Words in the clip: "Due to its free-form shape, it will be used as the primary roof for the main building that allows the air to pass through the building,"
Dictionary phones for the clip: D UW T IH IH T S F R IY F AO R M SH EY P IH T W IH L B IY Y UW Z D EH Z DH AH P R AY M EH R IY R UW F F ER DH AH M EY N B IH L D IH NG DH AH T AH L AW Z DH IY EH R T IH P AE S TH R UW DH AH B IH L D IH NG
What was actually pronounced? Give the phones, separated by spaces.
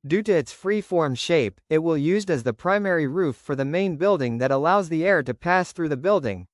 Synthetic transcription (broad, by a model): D UW T IH IH T S F R IY F AO R M SH EY P IH T W IH L Y UW Z D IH Z DH AH P R AY M EH R IY R UW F F ER DH AH M EY N B IH L D IH NG DH AH T AH L AW Z DH IY EH R T IH P AE S TH R UW DH AH B IH L D IH NG